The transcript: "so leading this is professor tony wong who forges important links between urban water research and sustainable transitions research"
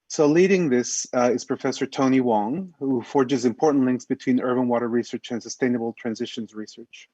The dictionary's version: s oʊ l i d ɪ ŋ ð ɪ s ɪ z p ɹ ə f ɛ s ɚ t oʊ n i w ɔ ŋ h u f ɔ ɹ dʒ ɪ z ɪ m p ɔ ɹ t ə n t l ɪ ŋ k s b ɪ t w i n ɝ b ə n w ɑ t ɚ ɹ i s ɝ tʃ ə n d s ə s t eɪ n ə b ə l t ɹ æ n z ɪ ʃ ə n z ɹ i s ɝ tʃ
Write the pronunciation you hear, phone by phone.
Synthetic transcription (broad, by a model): s oʊ l i d ɪ ŋ ð ɪ s ɪ z p ɹ ə f ɛ s ɚ t oʊ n i w ɔ ŋ h u f ɔ ɹ dʒ ɪ z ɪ m p ɔ ɹ t n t l ɪ ŋ k s b ɪ t w i n ɝ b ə n w ɑ t ɚ ɹ i s ɝ tʃ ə n s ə s t eɪ n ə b l t ɹ æ n z ɪ ʃ ə n z ɹ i s ɝ tʃ